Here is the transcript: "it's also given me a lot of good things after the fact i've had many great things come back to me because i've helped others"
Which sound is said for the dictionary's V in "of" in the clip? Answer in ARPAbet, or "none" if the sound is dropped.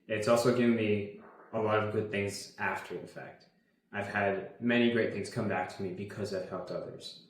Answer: V